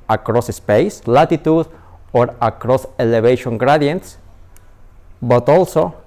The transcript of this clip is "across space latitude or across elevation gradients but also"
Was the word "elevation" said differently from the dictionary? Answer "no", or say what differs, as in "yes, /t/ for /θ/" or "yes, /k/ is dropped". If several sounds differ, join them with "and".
yes, /b/ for /v/